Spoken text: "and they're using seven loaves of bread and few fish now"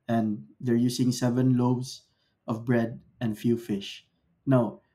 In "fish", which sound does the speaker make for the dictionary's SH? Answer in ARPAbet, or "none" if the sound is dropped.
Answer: SH